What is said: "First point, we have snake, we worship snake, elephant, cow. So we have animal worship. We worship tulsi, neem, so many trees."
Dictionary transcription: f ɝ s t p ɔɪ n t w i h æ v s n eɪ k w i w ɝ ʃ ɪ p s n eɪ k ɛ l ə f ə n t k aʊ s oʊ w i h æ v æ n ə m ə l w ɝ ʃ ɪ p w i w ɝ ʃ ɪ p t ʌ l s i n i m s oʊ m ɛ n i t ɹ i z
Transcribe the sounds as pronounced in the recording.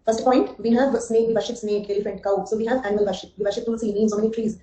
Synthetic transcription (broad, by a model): f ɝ s t p ɔɪ n t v i h æ v s n eɪ k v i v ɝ ʃ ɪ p s n eɪ k ɛ l ə f ə n t k aʊ s oʊ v i h æ v æ n ə m ə l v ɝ ʃ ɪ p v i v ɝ ʃ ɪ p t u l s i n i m s oʊ m ɛ n i t ɹ i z